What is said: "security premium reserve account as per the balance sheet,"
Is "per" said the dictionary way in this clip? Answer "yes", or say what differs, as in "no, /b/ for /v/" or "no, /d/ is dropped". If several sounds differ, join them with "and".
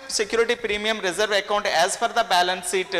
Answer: no, /f/ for /p/